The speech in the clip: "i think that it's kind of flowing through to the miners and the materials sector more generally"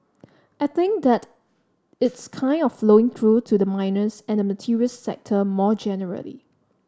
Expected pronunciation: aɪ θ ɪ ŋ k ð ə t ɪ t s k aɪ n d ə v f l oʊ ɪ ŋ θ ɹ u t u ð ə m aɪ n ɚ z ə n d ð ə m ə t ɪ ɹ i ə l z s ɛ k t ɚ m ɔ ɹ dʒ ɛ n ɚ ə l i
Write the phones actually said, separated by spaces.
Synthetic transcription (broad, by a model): aɪ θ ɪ ŋ k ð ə t ɪ t s k aɪ n d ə f f l oʊ ɪ ŋ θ ɹ u t u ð ə m aɪ n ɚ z ə n d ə m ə t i ɹ i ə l s ɛ k t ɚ m ɔ dʒ ɛ n ɚ ə l i